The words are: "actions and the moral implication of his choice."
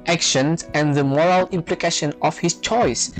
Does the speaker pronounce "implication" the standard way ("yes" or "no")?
yes